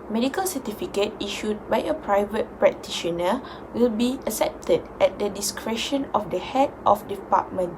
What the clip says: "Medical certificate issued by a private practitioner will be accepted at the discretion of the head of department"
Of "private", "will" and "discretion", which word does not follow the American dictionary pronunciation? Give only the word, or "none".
none